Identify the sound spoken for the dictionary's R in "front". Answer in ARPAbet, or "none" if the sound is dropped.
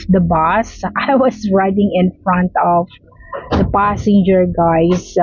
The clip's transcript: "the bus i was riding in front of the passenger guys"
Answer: R